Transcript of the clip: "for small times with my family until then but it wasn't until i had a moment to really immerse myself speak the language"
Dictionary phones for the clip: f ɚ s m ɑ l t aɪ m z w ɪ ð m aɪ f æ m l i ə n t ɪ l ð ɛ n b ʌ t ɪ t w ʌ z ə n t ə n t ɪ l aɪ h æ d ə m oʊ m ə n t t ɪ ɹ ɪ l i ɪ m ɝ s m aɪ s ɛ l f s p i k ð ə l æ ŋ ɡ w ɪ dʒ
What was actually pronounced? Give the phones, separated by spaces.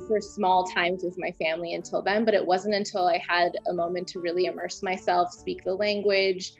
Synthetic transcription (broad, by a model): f ɚ s m ɑ l t aɪ m z w ɪ ð m aɪ f æ m l i ə n t ɪ l ð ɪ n b ʌ t ɪ t w ʌ z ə n t ə n t ɪ l aɪ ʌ d ə m oʊ m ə n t t ɪ ɹ ɪ l i ɪ m ɝ s m aɪ s ɛ l f s p i k ð ə l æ ŋ ɡ w ɪ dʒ